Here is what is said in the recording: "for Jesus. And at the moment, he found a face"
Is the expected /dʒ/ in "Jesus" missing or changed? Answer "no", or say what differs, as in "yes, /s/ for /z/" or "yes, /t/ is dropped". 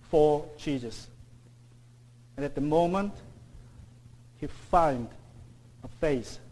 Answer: yes, /tʃ/ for /dʒ/